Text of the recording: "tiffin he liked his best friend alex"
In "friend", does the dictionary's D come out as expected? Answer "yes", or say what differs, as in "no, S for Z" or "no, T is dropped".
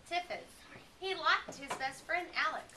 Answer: yes